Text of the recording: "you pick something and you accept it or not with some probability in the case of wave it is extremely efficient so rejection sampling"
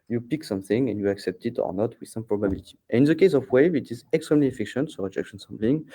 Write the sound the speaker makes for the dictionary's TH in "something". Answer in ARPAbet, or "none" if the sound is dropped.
TH